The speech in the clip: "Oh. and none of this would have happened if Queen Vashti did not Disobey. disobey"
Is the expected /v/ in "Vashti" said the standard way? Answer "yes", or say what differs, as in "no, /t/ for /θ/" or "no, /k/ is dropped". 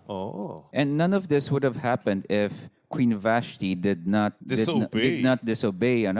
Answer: yes